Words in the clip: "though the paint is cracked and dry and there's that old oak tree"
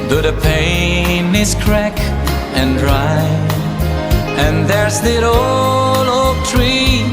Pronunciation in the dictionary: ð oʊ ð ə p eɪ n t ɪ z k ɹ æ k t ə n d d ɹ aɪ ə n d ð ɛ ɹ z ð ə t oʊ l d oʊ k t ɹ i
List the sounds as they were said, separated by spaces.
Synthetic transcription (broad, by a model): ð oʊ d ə p eɪ n ɪ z k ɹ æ k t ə n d d ɹ aɪ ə n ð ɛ ɹ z ð ə t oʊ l oʊ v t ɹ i